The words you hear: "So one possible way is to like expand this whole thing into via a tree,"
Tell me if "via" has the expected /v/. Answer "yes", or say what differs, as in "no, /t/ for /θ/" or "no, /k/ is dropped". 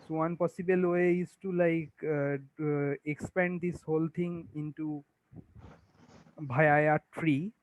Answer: no, /b/ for /v/